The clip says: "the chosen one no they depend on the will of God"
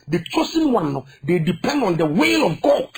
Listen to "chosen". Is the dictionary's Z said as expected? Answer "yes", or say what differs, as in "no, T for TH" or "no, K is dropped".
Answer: no, S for Z